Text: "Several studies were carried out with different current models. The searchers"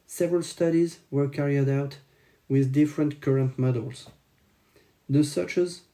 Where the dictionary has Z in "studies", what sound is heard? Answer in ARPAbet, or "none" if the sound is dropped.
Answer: Z